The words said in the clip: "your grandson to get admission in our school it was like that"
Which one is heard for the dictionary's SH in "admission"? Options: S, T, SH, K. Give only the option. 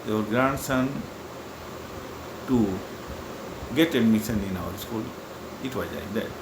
S